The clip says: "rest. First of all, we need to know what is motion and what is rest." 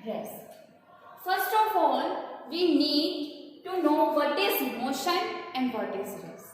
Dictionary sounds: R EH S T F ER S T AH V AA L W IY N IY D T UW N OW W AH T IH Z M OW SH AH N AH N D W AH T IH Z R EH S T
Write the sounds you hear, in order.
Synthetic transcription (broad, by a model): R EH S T F ER S T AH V AA L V IY N IY D T UW N OW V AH T IH Z M OW SH AH N AH N D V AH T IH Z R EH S